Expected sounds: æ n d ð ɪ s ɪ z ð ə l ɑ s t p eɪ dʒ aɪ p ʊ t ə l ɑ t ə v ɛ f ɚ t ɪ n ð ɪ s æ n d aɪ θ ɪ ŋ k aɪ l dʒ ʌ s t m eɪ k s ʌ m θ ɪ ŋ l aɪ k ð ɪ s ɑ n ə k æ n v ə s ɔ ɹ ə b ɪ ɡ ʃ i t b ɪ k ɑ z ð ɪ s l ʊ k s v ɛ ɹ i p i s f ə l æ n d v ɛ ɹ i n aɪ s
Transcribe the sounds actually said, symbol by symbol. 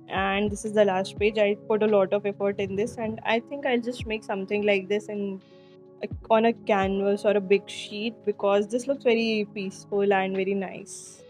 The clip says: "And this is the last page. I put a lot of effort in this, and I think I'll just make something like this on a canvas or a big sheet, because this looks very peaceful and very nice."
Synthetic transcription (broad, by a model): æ n d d ɪ s ɪ z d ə l ɑ s t p eɪ dʒ aɪ p ʊ t ə l ɑ t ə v ɛ f ɚ t ɪ n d ɪ s æ n d aɪ t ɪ ŋ k aɪ l dʒ ʌ s t m eɪ k s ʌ m t ɪ ŋ l aɪ k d ɪ s ɑ n ə k æ n v ə s ɔ ɹ ə b ɪ ɡ ʃ i t b ɪ k ɑ z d ɪ s l ʊ k s v ɛ ɹ i p i s f ə l æ n d v ɛ ɹ i n aɪ s